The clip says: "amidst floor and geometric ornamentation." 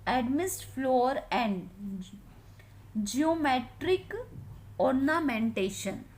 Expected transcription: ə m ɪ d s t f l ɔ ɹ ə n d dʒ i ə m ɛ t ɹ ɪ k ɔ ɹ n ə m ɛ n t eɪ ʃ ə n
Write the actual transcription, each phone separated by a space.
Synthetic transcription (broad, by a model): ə m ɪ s t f l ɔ ɹ ə n d dʒ i ə m ɛ t ɹ ɪ k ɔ ɹ n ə m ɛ n t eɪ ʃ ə n